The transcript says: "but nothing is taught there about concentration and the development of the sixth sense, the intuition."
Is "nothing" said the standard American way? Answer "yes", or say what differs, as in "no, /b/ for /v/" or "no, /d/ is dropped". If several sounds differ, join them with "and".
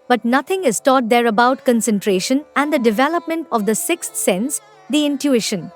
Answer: no, /t/ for /θ/